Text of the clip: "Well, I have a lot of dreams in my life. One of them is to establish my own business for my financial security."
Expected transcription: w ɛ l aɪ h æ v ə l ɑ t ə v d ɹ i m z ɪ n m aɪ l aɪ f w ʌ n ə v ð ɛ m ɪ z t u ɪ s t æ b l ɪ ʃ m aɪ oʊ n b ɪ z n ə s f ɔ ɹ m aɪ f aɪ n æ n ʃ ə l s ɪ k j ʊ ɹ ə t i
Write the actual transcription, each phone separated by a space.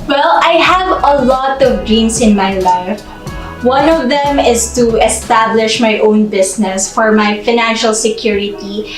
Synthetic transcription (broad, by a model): w ɛ l aɪ h æ v ə l ɑ t ə v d ɹ i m s ɪ n m aɪ l aɪ f w ʌ n ə v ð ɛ m ɪ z t u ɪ s t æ b l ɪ ʃ m aɪ oʊ n b ɪ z n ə s f ɔ ɹ m aɪ f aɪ n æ n ʃ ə l s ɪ k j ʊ ɹ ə t i